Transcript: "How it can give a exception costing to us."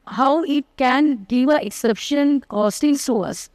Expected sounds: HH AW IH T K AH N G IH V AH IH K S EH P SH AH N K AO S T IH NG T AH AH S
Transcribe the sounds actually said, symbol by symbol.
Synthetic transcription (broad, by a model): HH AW IH T K AH N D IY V AH IH K S EH P SH AH N K AO S T IH NG S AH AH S